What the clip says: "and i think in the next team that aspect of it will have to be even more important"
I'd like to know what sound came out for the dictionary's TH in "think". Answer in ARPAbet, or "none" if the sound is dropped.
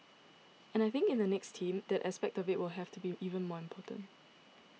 TH